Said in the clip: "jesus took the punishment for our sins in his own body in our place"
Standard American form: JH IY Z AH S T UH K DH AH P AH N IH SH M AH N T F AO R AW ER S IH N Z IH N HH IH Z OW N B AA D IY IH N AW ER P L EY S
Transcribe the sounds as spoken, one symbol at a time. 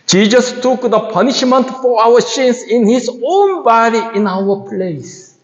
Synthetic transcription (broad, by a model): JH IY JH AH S T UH K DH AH P AH N IH SH M AH N T F AO R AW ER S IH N S IH N HH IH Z OW N B AA D IY IH N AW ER P L EY S